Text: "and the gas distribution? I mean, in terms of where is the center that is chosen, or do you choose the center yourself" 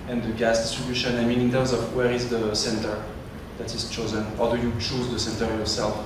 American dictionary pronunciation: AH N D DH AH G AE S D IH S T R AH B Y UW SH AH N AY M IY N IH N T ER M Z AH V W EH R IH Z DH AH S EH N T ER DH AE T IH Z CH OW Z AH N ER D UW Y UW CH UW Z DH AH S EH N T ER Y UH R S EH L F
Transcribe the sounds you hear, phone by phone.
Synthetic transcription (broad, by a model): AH N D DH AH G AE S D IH S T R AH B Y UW SH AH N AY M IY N IH N T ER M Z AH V W EH R IH Z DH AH S EH N T ER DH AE T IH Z CH OW Z AH N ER D UW Y UW CH UW Z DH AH S EH N T ER Y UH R S EH L F